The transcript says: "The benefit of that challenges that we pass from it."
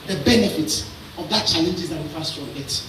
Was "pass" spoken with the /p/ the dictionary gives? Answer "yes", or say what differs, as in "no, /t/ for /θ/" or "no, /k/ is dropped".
no, /f/ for /p/